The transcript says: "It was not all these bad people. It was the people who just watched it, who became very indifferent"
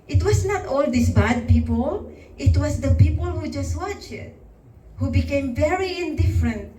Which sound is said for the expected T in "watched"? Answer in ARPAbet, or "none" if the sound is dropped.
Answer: none